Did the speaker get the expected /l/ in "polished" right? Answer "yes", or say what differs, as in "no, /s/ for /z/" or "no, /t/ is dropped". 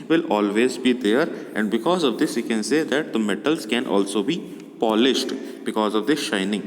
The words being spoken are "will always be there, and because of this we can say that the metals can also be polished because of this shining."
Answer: yes